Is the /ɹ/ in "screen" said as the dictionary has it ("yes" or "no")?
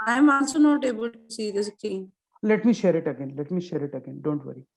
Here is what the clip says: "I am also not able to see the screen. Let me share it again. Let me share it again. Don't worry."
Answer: no